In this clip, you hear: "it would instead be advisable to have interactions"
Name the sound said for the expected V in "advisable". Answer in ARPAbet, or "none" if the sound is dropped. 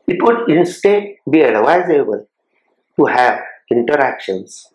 W